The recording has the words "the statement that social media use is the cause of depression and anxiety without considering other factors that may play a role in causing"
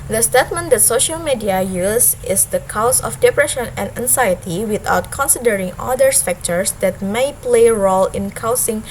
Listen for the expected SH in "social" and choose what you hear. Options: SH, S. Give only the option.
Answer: SH